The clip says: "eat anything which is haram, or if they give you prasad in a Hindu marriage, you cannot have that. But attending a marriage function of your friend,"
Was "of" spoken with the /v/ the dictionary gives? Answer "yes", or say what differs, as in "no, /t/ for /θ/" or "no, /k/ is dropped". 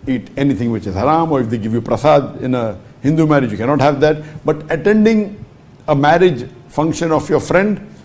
no, /f/ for /v/